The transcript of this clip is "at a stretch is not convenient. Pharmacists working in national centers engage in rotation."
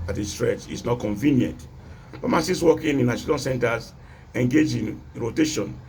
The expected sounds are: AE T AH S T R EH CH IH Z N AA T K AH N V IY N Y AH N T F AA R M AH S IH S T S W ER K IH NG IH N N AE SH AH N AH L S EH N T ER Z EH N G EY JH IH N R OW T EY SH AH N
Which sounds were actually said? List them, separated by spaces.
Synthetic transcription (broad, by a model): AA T AH S T R EH CH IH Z N AA T K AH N V IY N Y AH N T P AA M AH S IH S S W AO K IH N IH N N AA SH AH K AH N S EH N T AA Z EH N G EY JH IH N R OW T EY SH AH N